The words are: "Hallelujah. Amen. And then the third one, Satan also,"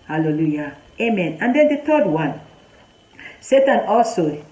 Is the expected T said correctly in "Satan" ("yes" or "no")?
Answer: yes